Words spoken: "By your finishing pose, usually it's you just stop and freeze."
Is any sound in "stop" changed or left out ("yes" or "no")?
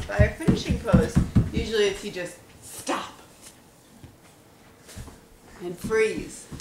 no